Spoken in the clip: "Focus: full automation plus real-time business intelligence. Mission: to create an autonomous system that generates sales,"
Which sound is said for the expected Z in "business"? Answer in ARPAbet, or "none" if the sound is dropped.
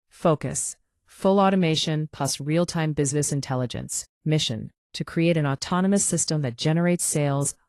Z